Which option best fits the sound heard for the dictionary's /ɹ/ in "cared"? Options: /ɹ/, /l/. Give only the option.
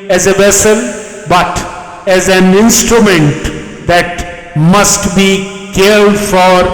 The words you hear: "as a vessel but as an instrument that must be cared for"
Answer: /l/